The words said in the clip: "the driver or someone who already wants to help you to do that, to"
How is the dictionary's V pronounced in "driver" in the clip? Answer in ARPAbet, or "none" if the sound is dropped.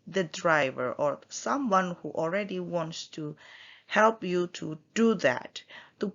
V